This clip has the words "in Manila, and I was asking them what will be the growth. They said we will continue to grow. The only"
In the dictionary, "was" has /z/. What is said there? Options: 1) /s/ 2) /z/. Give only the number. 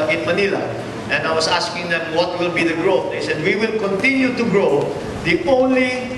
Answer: 1